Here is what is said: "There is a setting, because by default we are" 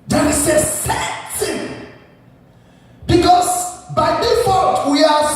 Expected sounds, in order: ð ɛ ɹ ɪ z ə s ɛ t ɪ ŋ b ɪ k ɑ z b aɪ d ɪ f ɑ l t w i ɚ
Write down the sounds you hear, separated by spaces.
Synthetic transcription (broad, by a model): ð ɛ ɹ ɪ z ə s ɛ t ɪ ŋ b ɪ k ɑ s b aɪ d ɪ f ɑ t w i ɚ